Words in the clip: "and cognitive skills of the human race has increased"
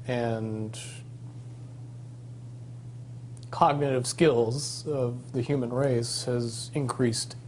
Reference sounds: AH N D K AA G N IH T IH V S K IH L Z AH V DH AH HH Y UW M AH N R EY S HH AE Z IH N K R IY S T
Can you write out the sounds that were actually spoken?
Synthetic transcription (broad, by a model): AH N K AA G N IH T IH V S K IH L Z AH V DH AH HH Y UW M AH N R EY S HH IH Z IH N K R IY S T